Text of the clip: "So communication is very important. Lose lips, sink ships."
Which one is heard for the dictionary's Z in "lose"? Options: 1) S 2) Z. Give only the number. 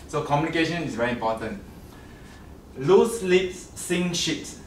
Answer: 1